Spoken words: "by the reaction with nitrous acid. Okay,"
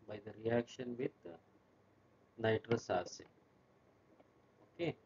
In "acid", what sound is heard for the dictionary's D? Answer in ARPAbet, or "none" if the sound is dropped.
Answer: none